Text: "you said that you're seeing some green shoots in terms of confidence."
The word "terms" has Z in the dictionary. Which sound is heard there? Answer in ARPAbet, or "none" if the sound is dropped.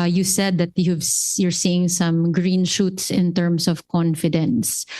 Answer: S